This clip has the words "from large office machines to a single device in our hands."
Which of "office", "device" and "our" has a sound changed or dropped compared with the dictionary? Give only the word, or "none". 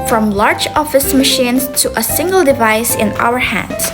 none